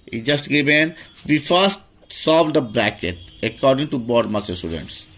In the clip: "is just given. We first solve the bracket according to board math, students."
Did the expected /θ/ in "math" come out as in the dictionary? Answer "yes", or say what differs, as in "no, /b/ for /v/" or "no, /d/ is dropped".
no, /s/ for /θ/